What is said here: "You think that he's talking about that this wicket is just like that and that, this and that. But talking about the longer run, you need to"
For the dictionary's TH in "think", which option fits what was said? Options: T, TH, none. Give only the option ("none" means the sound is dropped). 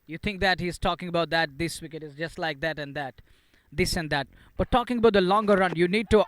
T